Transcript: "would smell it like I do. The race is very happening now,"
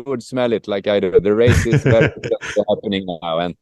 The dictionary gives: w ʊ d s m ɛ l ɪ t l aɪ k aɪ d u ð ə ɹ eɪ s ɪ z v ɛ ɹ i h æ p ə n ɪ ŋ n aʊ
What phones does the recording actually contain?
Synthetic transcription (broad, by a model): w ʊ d s m ɛ l ɪ t l aɪ k aɪ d ð ə ɹ eɪ s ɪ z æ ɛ i h æ p ə n ɪ ŋ n aʊ